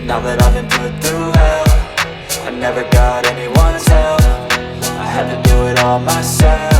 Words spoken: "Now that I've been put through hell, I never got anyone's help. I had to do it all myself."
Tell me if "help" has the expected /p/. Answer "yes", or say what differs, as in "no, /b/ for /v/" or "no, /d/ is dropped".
no, /p/ is dropped